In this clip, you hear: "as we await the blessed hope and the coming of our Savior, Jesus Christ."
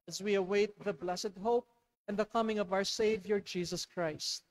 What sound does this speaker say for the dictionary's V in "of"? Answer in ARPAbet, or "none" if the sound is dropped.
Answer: V